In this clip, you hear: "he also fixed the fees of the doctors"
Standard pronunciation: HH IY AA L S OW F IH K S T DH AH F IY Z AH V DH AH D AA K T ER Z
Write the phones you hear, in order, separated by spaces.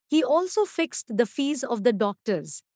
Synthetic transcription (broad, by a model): HH IY AA L S OW F IH K S T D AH F IY Z AH V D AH D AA K T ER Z